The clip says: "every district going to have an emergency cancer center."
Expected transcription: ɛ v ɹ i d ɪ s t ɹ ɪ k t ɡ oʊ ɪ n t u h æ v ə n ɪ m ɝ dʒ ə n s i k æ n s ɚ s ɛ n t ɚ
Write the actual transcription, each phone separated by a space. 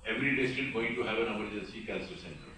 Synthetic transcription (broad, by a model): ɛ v ɹ i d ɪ s t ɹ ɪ t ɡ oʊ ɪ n t u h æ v ə n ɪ m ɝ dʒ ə s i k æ l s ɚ s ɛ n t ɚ